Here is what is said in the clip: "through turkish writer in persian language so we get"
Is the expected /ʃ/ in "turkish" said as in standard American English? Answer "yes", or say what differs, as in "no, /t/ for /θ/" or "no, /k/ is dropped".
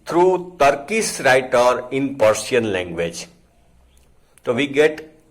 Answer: no, /s/ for /ʃ/